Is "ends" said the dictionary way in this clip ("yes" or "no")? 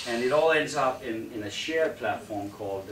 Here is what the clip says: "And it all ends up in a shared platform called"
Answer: yes